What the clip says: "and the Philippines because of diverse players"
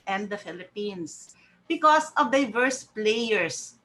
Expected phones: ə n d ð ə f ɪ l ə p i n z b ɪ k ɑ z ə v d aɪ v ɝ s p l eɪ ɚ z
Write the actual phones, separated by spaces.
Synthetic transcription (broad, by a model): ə n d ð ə f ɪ l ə p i n s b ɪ k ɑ s ə v d aɪ v ɝ s p l eɪ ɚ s